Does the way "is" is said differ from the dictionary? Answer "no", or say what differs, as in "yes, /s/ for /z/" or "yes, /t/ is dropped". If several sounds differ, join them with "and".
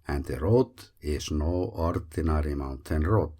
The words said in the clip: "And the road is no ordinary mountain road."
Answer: yes, /s/ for /z/